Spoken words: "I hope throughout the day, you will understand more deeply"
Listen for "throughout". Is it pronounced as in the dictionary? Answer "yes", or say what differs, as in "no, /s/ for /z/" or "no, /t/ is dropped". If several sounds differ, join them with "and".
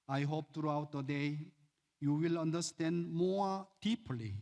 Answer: no, /t/ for /θ/